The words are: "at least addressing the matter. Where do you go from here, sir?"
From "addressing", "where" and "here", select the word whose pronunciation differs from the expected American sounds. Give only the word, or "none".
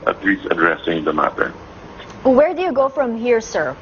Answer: none